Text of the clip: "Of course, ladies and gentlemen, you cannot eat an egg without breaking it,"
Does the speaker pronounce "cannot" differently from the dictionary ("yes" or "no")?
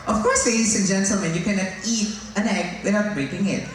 yes